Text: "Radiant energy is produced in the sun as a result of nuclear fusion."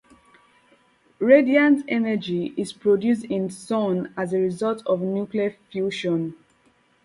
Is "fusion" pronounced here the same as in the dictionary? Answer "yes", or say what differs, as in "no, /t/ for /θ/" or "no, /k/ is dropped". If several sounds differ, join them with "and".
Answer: no, /ʃ/ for /ʒ/